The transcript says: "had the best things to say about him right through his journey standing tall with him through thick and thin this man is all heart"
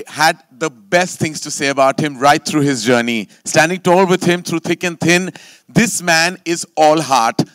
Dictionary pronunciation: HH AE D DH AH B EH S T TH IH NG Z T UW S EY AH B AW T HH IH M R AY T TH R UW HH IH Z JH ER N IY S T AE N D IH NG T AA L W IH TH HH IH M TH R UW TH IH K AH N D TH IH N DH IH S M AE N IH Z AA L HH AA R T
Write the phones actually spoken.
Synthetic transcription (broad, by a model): HH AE D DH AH B EH S T T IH NG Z T UW S EY AH B AW T HH IH M R AY T T R UW HH IH Z JH ER N IY S T AE N D IH NG T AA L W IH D HH IH M T R UW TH IH K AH N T IH N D IH S M AE N IH Z AA L HH AA R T